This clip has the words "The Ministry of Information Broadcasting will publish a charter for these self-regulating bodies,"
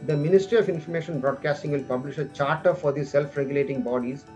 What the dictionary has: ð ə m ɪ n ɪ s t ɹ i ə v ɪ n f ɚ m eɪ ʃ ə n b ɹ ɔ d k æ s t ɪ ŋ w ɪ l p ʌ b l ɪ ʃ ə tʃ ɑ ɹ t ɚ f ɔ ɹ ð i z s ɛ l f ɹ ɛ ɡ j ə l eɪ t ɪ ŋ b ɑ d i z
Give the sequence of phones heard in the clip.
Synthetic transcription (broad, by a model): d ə m ɪ n ɪ s t ɹ i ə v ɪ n f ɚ m eɪ ʃ ə n b ɹ ɔ d k æ s t ɪ ŋ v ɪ l p ʌ b l ɪ ʃ ə tʃ ɑ ɹ t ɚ f ɔ ɹ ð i s ɛ l f ɹ ɛ ɡ j ə l eɪ t ɪ ŋ b ɑ d i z